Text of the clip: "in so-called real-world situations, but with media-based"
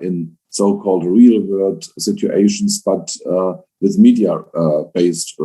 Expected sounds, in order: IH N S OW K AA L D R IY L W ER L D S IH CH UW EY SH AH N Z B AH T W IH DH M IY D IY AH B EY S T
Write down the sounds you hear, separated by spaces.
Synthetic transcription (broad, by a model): IH N S OW K AA L D R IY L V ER D S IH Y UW EY SH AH N S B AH T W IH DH M IY D IY AH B EY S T